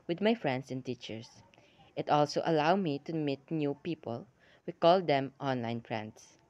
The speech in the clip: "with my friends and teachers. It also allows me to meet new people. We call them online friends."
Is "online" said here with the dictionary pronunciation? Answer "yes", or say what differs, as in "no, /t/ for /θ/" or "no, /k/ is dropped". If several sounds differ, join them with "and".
yes